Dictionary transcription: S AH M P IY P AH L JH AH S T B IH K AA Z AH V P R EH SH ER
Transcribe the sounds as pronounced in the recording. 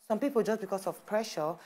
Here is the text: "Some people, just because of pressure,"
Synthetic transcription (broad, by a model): S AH M P IY P AH L JH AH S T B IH K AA S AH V P R EH SH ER